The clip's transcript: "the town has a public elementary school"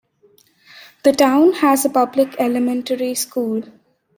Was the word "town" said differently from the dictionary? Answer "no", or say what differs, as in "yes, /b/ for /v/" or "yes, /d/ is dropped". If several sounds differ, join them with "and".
no